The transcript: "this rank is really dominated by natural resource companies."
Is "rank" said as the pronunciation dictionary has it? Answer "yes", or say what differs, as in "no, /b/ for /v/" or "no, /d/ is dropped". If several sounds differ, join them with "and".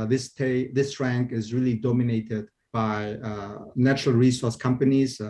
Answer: yes